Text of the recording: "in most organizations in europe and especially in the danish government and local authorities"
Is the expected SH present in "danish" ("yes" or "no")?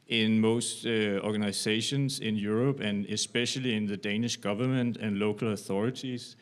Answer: yes